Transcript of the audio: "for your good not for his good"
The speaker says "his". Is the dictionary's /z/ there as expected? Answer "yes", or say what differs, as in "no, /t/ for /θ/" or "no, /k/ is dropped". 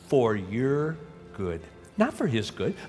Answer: yes